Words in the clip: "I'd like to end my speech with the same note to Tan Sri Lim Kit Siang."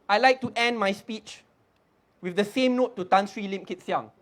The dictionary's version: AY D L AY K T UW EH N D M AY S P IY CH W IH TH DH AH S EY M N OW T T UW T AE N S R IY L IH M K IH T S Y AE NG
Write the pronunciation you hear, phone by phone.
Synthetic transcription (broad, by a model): AY L AY K T UW EH N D M AY S P IY CH W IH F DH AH S EY M N OW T T UW T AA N S R IY L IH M K IH T S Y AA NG